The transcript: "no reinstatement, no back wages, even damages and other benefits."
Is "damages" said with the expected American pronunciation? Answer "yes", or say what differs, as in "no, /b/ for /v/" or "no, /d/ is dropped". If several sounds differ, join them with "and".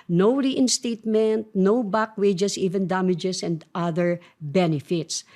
no, /s/ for /z/